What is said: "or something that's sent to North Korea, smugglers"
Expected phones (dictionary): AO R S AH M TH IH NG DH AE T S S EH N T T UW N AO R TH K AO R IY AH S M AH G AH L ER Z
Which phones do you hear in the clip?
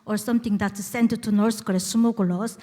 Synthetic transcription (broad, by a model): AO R S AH M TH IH NG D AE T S S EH N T T UW N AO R S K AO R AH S M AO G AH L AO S